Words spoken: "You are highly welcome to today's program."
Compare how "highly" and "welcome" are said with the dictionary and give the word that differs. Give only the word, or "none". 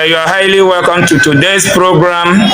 none